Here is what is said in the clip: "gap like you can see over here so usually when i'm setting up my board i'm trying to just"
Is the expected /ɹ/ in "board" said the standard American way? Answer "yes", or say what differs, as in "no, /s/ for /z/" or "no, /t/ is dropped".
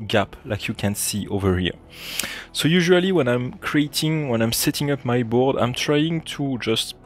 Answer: yes